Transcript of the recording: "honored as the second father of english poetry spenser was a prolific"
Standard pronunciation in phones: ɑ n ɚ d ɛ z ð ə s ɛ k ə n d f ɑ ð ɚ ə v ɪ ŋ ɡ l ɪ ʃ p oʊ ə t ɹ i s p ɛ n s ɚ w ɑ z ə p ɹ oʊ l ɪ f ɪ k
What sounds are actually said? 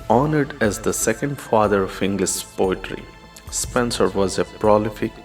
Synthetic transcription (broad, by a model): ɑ n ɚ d ɛ z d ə s ɛ k ə n d f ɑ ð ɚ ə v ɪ ŋ ɡ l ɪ s p oʊ ə t ɹ i s p ɛ n s ɚ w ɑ z ə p ɹ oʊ l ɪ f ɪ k